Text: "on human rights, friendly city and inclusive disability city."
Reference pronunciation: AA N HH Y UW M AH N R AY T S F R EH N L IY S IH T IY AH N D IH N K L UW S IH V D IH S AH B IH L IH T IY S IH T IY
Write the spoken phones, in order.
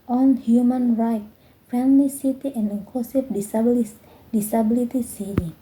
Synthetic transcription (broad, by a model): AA N HH Y UW M AH N R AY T F EH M L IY S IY T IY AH N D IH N K L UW S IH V D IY S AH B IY L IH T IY S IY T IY